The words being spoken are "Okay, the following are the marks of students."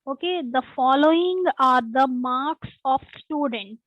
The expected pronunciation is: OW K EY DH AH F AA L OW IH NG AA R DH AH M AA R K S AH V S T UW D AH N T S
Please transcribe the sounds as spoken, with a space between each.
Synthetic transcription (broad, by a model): OW K EY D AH F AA L OW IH NG AA R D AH M AA R K S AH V S T UW D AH N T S